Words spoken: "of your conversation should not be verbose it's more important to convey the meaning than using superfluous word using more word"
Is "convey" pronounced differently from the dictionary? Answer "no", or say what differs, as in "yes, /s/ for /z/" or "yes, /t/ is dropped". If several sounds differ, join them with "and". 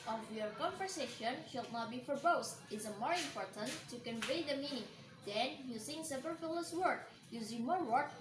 no